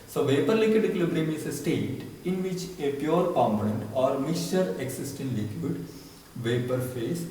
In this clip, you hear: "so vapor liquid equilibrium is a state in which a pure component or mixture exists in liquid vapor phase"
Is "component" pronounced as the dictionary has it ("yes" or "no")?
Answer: no